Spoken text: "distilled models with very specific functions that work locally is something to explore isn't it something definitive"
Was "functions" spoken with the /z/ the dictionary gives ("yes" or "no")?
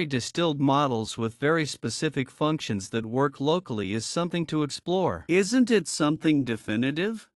yes